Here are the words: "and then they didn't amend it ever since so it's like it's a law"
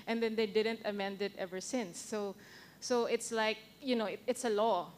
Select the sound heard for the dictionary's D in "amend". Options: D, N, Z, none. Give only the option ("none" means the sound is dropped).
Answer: D